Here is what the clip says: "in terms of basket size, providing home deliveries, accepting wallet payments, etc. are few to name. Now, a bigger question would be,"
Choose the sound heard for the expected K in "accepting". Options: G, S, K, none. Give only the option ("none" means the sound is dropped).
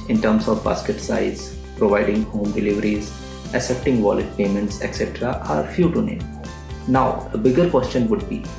none